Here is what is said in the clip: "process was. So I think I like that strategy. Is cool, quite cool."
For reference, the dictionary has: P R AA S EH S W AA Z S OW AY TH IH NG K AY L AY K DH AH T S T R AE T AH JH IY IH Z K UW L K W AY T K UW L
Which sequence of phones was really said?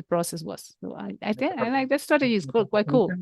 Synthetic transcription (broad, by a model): P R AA S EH S W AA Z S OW AY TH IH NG AY L AY K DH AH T S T AA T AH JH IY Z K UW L K W AY T K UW L